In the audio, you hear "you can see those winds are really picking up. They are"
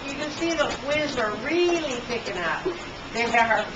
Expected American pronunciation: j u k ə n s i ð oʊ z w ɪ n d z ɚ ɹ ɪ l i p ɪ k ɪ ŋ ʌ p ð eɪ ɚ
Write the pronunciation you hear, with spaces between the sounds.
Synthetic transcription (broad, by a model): j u k ə n s i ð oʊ w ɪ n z ɚ ɹ ɪ l i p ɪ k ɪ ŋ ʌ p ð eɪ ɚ